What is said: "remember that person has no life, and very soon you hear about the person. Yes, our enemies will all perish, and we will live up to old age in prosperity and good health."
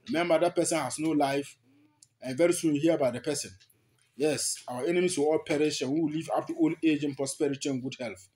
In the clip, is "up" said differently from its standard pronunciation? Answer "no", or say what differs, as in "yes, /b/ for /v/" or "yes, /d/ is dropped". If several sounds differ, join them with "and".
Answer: yes, /f/ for /p/